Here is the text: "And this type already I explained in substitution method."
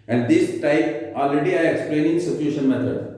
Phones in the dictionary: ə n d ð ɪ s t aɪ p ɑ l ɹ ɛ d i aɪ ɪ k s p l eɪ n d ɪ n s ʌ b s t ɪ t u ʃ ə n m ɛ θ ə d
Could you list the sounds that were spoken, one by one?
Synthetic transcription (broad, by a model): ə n d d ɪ s t aɪ p ɑ l ɹ ɛ d i aɪ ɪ k s p l eɪ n ɪ n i s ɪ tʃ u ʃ ə n m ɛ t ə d